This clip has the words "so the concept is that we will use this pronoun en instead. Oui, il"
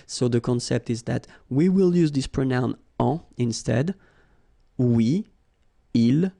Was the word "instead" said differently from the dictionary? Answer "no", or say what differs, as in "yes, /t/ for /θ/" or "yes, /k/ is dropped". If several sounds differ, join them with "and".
no